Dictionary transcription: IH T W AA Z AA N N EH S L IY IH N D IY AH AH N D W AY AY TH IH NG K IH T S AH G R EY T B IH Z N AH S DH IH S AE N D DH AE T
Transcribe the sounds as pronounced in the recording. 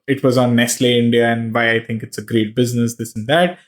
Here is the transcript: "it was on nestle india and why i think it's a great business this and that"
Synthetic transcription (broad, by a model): IH T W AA Z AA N N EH S L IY IH N D IY AH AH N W AY AY T IH NG K IH T S AH G R EY T B IH Z N AH S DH IH S N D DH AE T